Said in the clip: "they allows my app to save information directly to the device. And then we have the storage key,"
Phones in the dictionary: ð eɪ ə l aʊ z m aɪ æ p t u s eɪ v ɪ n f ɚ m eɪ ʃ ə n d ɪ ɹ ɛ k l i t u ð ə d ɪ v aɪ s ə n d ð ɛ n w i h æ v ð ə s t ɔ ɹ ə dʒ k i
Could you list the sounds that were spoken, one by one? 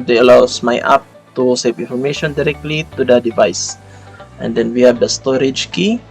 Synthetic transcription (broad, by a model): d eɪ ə l aʊ s m aɪ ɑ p t u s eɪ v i n f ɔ m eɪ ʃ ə n d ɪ ɹ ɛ k l i t u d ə d ɪ v aɪ s ə n d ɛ n w i h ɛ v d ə s t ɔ ɹ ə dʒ k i